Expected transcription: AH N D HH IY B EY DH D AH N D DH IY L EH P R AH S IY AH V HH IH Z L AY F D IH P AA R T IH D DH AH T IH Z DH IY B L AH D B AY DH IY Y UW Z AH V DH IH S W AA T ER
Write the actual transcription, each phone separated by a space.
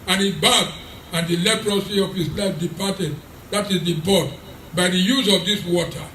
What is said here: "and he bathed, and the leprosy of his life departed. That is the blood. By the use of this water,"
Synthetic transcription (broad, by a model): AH N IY B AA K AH N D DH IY L EH P R AH S IY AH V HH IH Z L AY F D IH P AA T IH D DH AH T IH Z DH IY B AO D B AY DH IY Y UW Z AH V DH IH S W AA T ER